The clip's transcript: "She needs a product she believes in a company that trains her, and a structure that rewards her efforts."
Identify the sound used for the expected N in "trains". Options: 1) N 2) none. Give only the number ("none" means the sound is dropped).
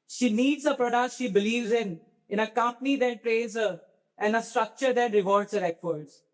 2